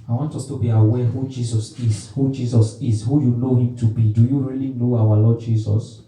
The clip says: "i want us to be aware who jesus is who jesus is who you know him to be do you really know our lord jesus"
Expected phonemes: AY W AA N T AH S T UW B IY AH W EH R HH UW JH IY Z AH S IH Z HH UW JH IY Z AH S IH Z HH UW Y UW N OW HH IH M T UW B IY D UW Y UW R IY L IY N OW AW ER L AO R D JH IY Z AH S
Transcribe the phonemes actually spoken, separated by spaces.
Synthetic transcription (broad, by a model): AY W AA N T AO S T UW B IY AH W EH HH UW JH IY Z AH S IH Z HH UW JH IY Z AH S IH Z HH UW Y UW N OW HH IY M T UW B IY D UW Y UW R IY L IY N OW AW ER L AO D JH IY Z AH S